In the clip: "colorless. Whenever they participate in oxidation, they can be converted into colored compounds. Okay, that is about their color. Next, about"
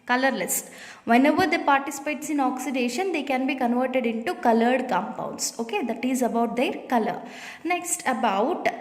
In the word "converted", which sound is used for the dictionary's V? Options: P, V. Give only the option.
V